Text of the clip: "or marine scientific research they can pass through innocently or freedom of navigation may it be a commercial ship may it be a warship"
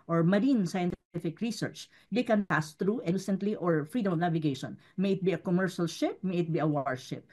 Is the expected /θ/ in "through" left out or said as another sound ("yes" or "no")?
yes